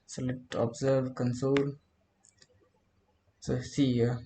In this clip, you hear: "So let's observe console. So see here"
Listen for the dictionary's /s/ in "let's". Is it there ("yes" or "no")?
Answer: no